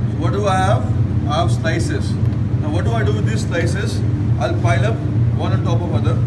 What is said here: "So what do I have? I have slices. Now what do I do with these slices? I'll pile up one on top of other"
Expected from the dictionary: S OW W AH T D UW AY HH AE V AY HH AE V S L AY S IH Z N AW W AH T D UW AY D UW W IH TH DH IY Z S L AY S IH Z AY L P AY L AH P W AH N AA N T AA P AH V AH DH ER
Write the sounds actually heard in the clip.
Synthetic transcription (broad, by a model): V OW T D UW AY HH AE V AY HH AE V S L AY S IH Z N AW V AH T D UW AY D UW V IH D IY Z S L AY S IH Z AY L F AY L AH P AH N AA N T AA P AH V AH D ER